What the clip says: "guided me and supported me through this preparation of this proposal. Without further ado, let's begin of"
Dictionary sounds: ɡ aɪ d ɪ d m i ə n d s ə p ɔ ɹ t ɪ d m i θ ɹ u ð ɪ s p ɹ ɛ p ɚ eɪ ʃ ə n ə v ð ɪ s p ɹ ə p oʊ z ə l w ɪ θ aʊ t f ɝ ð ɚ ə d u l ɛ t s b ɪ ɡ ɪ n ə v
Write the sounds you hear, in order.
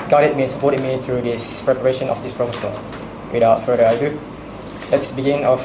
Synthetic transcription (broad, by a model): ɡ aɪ d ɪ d m i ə n s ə p ɔ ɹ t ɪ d m i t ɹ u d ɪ s p ɹ ɛ p ɚ eɪ ʃ ə n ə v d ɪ s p ɹ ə f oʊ s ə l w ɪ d aʊ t f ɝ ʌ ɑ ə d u l ɛ t s b ɪ ɡ ɪ n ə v